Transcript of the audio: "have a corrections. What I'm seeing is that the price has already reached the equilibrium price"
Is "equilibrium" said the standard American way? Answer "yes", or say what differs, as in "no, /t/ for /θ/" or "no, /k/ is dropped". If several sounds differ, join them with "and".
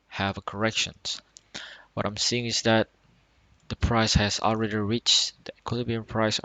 no, /ɹ/ is dropped